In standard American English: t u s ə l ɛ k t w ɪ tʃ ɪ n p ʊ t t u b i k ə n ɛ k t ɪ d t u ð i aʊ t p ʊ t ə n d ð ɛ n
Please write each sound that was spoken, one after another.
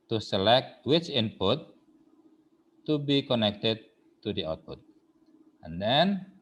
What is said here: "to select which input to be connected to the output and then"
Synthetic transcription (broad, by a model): t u s ə l ɛ k t w ɪ tʃ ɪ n p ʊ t t u b i k ə n ɛ k t ɪ d t u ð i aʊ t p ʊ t ə n d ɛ n